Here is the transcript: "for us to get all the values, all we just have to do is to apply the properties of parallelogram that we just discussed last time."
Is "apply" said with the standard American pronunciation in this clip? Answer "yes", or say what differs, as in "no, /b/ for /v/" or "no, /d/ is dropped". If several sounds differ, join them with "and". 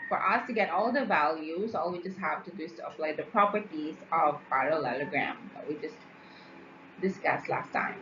no, /f/ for /p/